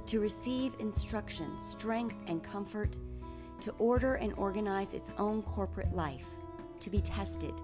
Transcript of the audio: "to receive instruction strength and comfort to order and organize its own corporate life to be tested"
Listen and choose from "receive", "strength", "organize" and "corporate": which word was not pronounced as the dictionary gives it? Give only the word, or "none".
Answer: none